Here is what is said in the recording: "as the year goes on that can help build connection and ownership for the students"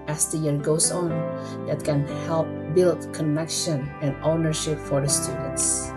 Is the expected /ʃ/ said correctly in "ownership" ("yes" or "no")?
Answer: yes